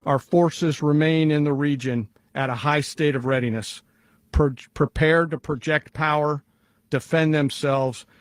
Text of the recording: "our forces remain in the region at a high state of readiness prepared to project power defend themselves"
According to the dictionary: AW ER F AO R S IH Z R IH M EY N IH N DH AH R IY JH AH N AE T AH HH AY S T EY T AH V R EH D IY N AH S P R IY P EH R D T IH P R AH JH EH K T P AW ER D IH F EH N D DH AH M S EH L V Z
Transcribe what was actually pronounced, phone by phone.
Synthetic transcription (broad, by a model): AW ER F AO R S IH Z R IH M EY N IH N DH AH R IY JH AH N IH T AH HH AY S T EY T AH V R EH D IY N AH S P R IY P EH R D T IH P R AH JH EH K T P AW ER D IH F EH N DH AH M S EH L V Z